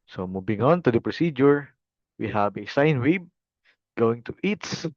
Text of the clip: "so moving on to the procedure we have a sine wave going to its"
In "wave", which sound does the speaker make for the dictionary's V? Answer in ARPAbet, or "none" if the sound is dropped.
B